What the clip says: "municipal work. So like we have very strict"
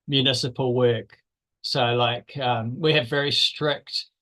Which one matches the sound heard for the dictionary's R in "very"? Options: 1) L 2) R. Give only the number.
2